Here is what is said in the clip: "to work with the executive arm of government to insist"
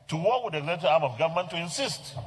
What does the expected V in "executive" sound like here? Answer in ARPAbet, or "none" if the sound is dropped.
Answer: none